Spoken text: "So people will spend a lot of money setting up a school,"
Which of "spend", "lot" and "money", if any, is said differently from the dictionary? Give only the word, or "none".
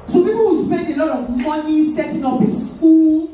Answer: none